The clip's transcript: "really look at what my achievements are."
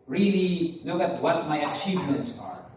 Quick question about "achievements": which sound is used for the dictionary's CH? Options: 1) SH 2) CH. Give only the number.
2